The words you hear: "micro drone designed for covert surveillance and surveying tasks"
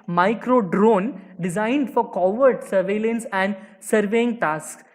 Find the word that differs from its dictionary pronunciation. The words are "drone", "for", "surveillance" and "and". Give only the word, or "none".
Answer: none